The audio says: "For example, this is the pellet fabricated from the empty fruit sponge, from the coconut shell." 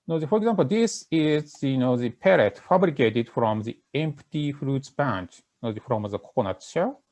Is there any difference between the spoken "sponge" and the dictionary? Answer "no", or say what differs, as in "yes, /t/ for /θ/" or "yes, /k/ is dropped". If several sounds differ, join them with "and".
yes, /b/ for /p/